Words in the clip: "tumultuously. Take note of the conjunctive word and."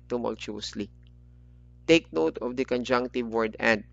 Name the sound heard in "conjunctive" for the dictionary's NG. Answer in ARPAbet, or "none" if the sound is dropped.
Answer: NG